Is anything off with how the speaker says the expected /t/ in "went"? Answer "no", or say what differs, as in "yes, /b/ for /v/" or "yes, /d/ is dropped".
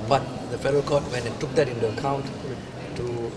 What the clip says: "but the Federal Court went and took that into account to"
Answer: yes, /t/ is dropped